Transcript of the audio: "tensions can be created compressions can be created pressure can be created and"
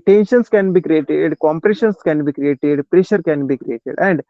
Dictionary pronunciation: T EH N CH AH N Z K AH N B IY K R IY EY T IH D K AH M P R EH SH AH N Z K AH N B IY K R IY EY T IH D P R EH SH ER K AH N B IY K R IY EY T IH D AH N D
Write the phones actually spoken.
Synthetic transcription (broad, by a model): T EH N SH AH N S K AH N B IY K R IY EY T IH D K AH M P R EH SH AH N S K AH N B IY K R IY EY T IH D P R EH SH ER K AH N B IY K R IY EY T IH D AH N D